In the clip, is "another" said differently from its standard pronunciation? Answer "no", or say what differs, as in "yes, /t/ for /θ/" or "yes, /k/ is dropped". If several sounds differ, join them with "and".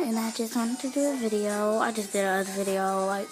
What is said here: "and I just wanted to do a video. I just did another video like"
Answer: yes, /n/ is dropped